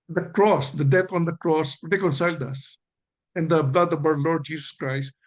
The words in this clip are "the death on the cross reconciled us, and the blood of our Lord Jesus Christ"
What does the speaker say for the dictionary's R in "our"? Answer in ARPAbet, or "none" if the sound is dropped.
W